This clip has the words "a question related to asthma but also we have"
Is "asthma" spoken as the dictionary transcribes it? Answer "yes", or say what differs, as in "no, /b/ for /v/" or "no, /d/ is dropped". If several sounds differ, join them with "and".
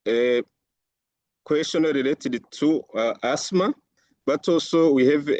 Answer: no, /s/ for /z/